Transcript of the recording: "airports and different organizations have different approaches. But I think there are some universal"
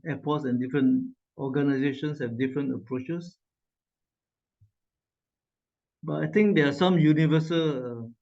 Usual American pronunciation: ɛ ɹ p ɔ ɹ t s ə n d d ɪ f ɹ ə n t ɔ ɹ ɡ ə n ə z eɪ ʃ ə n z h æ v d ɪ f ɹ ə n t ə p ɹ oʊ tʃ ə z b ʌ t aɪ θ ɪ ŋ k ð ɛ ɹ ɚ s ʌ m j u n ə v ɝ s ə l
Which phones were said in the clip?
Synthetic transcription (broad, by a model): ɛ p ɔ t s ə n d d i f ɹ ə n t ɔ ɡ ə n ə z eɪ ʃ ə n s h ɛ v d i f ɹ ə n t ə p ɹ oʊ tʃ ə s b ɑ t aɪ t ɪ ŋ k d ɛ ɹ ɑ s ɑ m j u n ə v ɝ s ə l